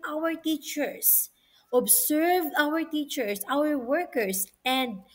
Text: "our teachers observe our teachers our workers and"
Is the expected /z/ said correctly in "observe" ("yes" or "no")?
no